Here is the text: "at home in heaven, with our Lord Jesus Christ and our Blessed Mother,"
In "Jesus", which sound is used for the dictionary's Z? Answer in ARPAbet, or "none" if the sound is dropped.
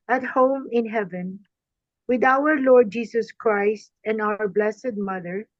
S